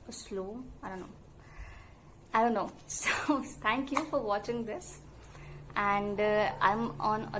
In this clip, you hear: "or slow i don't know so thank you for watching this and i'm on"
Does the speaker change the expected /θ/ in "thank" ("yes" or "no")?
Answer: yes